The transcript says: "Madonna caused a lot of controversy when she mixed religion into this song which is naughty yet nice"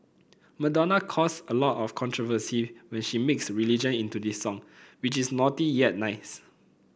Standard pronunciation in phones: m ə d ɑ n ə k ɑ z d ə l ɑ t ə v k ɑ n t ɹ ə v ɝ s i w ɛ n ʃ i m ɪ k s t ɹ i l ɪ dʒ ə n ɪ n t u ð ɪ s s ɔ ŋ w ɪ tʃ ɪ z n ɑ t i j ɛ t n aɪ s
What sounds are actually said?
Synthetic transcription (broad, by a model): m ə d ɑ n ə k ɑ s ə l ɑ t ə f k ɑ n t ɹ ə v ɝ s i w ɛ n ʃ i m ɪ k s ɹ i l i dʒ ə n ɪ n t u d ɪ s s ɔ ŋ w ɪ tʃ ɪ s n ɑ t i j ɛ t n aɪ s